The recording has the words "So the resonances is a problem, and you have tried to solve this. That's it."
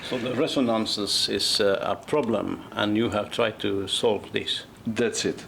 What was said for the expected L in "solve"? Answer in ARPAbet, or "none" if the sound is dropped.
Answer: L